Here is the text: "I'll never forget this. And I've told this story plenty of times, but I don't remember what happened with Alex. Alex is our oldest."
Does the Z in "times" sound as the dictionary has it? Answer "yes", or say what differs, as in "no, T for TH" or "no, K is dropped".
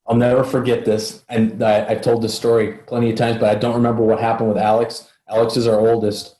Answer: yes